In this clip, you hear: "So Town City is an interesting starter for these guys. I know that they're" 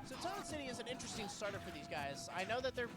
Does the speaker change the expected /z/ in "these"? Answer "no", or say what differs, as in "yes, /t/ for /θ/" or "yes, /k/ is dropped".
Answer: no